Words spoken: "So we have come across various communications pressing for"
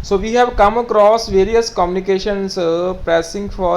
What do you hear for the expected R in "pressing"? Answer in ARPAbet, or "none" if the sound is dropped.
none